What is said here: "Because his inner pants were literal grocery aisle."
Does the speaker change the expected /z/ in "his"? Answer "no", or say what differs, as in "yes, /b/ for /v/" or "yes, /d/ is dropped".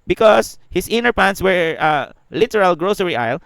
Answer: yes, /s/ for /z/